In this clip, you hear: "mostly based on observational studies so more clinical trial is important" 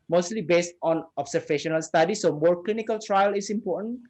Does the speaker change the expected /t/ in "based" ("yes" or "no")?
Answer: no